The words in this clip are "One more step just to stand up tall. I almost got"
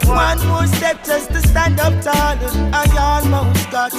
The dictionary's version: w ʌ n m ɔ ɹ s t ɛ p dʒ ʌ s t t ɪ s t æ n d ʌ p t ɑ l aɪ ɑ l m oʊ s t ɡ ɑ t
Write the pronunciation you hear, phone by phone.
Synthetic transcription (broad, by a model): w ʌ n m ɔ s t ɛ p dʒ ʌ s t t ɪ s t æ n d ʌ p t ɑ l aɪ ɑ n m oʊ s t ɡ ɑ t